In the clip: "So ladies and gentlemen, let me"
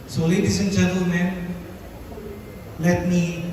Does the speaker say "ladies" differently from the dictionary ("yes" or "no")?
yes